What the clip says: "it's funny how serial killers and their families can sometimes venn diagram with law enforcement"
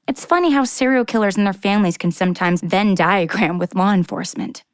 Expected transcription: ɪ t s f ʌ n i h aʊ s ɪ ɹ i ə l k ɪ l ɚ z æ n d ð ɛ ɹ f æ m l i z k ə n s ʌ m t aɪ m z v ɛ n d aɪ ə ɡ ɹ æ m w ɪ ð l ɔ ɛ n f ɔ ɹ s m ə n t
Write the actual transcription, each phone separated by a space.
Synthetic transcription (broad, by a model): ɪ t s f ʌ n i h aʊ s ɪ ɹ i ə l k ɪ l ɚ z n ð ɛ ɹ f æ m l i z k ə n s ʌ m t aɪ m z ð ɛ n d aɪ ə ɡ ɹ æ m w ɪ ð l ɔ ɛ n f ɔ ɹ s m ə n t